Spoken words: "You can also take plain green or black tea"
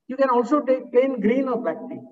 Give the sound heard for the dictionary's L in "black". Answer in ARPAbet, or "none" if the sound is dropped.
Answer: none